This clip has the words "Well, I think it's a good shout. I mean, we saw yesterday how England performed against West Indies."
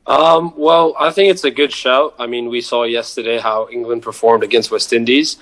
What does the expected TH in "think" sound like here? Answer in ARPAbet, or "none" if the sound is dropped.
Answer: TH